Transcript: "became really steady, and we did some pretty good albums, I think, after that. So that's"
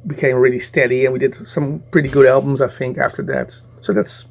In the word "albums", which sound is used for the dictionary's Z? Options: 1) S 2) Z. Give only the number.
2